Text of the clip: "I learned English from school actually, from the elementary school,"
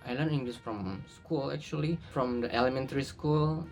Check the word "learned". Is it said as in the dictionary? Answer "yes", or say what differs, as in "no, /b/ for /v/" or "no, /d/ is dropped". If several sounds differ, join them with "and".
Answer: no, /d/ is dropped